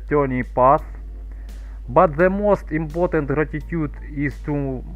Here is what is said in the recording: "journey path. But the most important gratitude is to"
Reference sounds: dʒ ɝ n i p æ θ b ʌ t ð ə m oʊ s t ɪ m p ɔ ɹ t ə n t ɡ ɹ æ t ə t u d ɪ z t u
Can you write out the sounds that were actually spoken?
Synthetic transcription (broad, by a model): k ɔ n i p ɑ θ b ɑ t ð ə m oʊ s t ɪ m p ɔ t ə n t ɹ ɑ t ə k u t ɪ s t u